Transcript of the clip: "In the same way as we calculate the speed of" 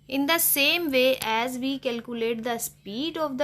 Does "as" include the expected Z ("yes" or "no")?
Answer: yes